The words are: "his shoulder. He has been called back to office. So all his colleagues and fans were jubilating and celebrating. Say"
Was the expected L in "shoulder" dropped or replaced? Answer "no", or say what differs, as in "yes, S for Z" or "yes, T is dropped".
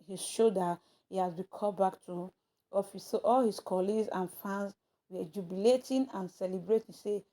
yes, L is dropped